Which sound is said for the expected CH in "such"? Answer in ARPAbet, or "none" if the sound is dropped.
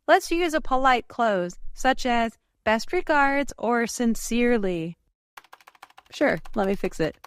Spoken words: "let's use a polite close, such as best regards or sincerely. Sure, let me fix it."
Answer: CH